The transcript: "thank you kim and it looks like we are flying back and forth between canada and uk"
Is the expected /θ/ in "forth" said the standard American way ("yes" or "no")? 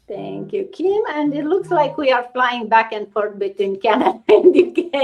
no